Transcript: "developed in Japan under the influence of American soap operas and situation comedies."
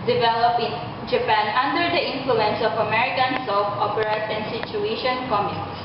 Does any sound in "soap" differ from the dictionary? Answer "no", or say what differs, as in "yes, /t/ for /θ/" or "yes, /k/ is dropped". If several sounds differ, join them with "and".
yes, /f/ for /p/